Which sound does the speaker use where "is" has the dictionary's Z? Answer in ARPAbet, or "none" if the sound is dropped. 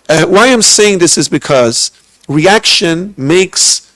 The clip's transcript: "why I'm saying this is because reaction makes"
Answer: Z